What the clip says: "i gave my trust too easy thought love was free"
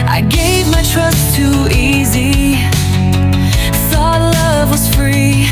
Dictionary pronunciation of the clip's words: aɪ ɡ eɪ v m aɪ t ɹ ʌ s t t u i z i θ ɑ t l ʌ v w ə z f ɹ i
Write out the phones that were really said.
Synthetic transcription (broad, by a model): aɪ ɡ eɪ v m aɪ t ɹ ʌ s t t u i z i s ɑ l ʌ v w ə z f ɹ i